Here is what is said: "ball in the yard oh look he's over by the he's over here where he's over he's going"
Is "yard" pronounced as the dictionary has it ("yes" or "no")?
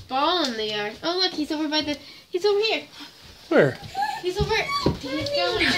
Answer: no